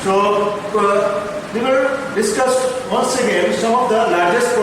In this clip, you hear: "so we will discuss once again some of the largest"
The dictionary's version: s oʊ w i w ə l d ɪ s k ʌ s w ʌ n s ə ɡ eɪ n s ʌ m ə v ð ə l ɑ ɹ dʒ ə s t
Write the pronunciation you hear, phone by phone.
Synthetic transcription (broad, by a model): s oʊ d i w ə n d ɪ s k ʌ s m ʌ n s ə ɡ eɪ n s ʌ m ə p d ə l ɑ ɹ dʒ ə s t